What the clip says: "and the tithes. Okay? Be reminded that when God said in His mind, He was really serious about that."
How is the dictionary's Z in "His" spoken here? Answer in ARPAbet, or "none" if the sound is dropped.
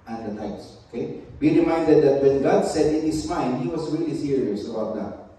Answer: S